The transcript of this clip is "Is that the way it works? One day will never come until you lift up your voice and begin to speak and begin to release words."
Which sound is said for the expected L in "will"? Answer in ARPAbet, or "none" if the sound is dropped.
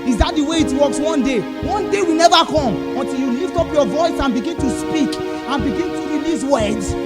W